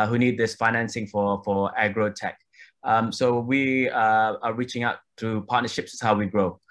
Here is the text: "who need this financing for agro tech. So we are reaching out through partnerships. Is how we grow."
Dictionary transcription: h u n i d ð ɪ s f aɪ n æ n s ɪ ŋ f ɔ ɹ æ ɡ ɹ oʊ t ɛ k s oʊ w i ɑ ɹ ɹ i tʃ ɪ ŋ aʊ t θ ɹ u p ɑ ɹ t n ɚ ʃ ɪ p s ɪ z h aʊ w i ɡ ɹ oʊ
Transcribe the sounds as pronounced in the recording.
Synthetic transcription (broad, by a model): h u n i d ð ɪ s f aɪ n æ n s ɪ ŋ f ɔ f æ ɡ ɹ oʊ t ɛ k s oʊ w i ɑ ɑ ɹ i tʃ ɪ ŋ aʊ t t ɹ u p ɑ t n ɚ ʃ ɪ p s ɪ s h aʊ w i ɡ ɹ oʊ